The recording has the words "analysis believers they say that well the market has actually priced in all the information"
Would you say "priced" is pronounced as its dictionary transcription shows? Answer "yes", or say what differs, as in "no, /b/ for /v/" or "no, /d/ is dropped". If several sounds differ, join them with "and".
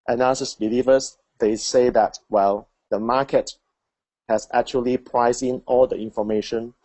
no, /t/ is dropped